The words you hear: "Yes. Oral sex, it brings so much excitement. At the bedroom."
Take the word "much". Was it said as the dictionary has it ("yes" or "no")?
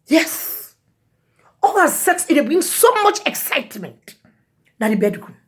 yes